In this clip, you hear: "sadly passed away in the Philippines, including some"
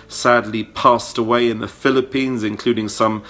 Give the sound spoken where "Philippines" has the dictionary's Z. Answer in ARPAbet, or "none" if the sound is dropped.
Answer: Z